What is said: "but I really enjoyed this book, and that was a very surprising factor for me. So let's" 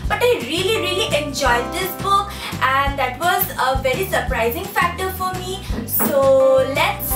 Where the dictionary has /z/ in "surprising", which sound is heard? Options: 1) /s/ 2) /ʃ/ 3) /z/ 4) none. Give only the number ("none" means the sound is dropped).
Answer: 3